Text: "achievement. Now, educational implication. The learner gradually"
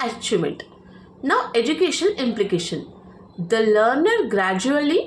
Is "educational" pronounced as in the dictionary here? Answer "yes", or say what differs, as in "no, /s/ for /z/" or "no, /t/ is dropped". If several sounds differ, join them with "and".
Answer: no, /n/ is dropped and /n/ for /l/